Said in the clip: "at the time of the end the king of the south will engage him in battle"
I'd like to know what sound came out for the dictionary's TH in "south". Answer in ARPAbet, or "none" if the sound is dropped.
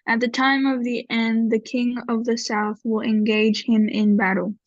TH